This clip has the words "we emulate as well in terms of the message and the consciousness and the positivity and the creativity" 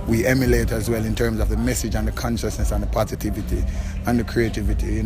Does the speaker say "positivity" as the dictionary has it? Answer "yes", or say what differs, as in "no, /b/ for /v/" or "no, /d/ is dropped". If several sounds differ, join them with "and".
yes